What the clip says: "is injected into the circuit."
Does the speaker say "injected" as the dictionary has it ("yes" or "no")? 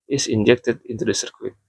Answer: yes